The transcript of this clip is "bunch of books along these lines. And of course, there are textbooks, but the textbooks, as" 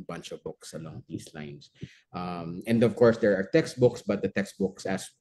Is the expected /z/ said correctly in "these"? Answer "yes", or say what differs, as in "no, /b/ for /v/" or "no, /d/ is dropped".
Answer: no, /s/ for /z/